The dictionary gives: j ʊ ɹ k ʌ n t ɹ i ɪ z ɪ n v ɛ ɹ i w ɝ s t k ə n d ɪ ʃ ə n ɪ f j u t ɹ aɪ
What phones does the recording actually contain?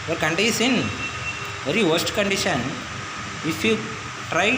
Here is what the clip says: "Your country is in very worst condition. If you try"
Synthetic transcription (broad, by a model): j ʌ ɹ k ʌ n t i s ɪ n v ɛ ɹ i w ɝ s t k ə n d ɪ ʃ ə n ɪ f j u t ɹ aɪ